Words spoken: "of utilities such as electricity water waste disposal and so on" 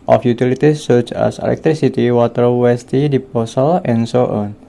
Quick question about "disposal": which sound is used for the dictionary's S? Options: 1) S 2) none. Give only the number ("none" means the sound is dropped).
2